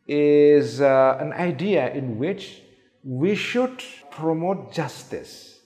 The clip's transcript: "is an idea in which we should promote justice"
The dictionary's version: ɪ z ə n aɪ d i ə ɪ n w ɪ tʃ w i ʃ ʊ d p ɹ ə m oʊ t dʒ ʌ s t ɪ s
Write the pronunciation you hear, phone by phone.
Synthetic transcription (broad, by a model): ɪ z ə n aɪ d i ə ɪ n w ɪ tʃ w i ʃ ʊ d p ɹ ə m oʊ t dʒ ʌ s t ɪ s